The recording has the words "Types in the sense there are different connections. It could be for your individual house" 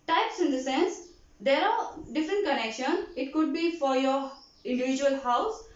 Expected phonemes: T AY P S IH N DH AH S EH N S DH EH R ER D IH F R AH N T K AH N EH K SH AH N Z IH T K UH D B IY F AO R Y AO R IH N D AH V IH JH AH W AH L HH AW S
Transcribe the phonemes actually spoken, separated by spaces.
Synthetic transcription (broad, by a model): T AY P S IH N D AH S EH N S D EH R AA D IH F R AH N T K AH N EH K SH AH N IH T K UH D B IY F AO R Y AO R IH N D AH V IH JH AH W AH L HH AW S